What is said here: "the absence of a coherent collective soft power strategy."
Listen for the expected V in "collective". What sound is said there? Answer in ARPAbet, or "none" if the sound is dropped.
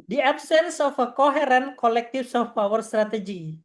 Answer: F